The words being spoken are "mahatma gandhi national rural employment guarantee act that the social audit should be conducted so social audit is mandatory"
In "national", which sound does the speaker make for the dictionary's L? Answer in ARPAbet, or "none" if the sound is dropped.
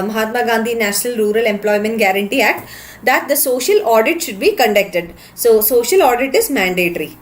L